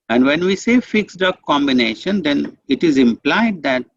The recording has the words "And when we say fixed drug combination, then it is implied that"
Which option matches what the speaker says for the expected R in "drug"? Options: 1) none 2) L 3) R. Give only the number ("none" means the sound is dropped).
1